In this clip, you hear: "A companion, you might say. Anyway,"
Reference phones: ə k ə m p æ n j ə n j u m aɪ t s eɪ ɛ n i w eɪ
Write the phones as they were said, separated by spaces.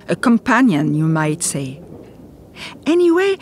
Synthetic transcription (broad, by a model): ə k ə m p æ n j ə n j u m aɪ t s eɪ ɛ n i w eɪ